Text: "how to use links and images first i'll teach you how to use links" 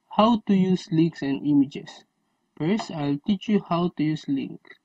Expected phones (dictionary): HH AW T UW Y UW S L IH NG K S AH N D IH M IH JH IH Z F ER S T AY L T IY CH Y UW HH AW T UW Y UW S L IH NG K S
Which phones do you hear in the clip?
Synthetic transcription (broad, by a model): HH AW T UW Y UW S L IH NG K S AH N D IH M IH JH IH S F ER S AY L T IY CH Y UW HH AW T UW Y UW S L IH NG K